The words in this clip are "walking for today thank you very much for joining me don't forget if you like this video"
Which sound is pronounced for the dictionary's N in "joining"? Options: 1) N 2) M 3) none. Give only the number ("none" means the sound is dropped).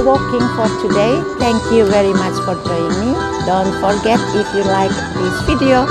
3